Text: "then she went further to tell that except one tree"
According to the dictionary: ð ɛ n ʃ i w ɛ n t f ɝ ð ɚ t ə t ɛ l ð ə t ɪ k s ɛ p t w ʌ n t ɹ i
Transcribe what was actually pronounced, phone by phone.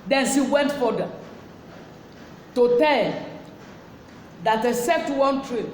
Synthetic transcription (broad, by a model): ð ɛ n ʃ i w ɛ n t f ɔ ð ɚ t ə t ɛ l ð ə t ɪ s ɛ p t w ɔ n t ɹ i